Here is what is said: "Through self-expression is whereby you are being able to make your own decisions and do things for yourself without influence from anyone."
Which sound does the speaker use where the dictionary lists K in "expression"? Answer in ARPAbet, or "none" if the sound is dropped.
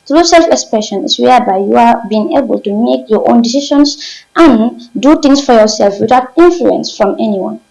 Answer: K